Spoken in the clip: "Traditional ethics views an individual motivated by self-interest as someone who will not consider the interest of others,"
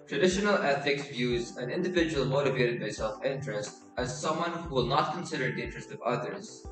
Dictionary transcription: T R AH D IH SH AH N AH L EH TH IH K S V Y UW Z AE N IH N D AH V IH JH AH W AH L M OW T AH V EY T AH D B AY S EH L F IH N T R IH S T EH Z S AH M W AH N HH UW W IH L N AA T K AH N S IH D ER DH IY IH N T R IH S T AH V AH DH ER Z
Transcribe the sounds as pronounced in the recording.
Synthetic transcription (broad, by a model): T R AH D IH SH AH N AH L EH TH IH K S V Y UW Z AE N IH N D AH V IH JH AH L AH M OW T AH V EY T AH D B AY S EH L F IH N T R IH S T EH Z S AH M W AH N HH UW W IH L N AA T K AH N S IH D ER DH IY IH N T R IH S T AH V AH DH ER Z